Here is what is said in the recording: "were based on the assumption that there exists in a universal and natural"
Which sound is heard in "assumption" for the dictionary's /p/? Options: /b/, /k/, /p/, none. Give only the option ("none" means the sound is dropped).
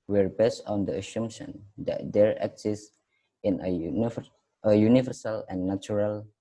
none